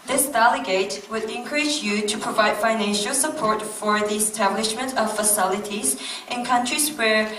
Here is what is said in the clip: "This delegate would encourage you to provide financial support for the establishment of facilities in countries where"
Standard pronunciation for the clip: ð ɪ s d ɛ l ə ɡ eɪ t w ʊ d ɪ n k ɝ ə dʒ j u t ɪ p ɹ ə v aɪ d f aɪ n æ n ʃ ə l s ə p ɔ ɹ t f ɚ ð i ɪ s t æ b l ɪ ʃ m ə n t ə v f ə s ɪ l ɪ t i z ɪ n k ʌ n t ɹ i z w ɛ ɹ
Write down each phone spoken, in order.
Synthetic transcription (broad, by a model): ð ɪ s d ɛ l ə ɡ eɪ t w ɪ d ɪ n k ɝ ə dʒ j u t ɪ p ɹ ə v aɪ d f aɪ n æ n ʃ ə l s ə p ɔ ɹ t f ɚ ð i ɪ s t æ b l ɪ ʃ m ə n t ə v f ə s ɪ l ɪ t i z ɪ n k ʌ n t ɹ i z w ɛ ɹ